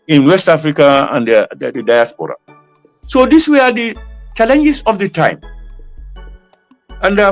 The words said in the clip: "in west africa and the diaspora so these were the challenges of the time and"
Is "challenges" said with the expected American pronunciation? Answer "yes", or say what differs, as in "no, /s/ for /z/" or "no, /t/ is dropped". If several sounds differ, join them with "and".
no, /s/ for /z/